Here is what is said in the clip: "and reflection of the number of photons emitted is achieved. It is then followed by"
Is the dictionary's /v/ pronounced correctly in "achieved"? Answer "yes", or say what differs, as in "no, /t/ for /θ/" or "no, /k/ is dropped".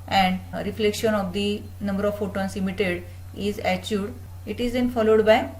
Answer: no, /v/ is dropped